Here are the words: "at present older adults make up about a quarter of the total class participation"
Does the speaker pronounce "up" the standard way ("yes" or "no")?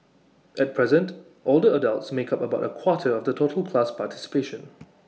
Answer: yes